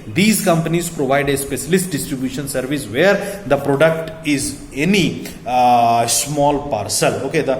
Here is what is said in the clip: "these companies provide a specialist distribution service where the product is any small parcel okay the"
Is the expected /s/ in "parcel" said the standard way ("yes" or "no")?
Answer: yes